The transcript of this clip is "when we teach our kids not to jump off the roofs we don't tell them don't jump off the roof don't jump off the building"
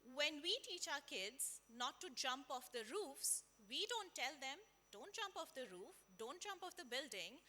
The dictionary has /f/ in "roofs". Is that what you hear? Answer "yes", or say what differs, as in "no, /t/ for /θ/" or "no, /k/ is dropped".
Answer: yes